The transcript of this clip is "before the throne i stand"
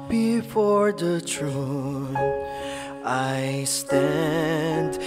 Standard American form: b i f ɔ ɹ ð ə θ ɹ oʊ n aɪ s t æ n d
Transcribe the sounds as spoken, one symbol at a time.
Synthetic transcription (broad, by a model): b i f ɔ ɹ ð ə t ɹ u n aɪ s t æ n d